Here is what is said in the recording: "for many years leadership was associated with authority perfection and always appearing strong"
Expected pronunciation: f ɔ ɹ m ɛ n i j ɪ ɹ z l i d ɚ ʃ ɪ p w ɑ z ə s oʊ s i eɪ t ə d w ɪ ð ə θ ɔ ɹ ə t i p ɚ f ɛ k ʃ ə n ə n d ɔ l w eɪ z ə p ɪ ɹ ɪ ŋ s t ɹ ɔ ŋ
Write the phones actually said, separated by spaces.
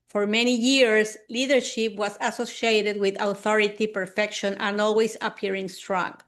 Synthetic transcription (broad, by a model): f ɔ ɹ m ɛ n i j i ɹ s l i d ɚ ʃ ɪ p w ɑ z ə s oʊ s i eɪ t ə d w ɪ ð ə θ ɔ ɹ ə t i p ɚ f ɛ k ʃ ə n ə n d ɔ l w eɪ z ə p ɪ ɹ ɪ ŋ s t ɹ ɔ ŋ